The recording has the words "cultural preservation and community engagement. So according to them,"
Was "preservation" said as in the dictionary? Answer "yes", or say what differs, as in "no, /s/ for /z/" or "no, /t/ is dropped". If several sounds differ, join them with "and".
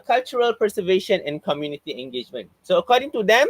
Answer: no, /ɹ/ is dropped